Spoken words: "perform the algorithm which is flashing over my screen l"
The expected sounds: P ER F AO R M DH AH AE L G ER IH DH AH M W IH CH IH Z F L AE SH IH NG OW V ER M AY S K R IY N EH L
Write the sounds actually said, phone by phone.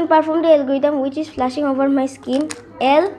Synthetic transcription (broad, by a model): P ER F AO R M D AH L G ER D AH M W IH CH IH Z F L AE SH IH NG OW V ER M AY S K IY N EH L